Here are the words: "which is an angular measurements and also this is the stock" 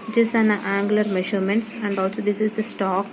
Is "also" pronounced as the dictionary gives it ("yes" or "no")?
yes